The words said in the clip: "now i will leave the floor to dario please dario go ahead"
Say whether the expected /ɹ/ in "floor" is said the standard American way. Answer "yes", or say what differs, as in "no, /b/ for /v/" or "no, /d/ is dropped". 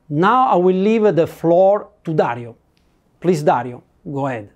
yes